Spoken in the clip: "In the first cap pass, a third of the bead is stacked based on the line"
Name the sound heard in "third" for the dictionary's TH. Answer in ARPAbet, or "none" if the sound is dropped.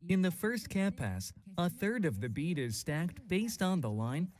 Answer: TH